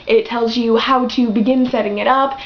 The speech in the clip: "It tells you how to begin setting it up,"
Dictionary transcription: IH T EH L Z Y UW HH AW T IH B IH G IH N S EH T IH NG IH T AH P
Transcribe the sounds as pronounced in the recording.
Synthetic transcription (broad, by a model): IH T EH L Z Y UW HH AW T IH B IH G IH N S EH T IH NG IH T AH P